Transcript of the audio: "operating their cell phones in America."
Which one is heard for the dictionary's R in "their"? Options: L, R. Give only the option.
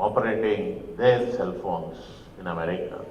L